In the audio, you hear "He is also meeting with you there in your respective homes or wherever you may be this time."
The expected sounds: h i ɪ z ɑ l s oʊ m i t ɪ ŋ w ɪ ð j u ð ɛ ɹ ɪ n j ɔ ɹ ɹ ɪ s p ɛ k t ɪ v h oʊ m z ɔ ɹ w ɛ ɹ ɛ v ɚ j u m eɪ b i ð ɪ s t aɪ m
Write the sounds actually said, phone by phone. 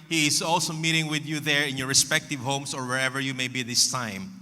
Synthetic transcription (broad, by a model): h i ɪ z ɑ l s oʊ m i t ɪ ŋ w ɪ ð j u ð ɛ ɹ ɪ n j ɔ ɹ ɹ ɪ s p ɛ k t ɪ v h oʊ m s ɔ ɹ w ɛ ɹ ɛ v ɚ j u m eɪ b i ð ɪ s t aɪ m